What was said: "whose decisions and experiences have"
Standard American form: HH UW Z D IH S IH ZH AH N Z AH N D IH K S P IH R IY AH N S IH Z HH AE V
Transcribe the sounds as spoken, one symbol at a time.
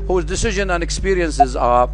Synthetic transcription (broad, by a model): HH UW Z D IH S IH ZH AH N AH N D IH K S P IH R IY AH N S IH Z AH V